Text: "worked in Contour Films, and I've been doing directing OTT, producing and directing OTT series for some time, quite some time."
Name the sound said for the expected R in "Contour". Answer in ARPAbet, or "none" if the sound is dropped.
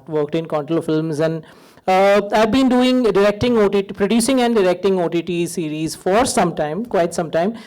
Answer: L